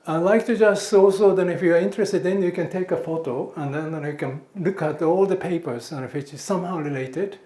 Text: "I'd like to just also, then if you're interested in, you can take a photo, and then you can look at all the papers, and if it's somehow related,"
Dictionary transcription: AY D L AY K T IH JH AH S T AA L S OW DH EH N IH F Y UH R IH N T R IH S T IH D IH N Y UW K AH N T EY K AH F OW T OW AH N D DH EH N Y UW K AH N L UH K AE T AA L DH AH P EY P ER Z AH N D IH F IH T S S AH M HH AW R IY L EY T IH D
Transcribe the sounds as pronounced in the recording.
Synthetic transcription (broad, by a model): AY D L AY K T IH JH AH S T AA L S OW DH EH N IH F Y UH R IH N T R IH S T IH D IH N Y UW K AH N T EY K AH F OW T OW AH N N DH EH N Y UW K AH N L UH K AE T AA L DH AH P EY P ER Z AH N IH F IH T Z S AH M HH AW R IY L EY T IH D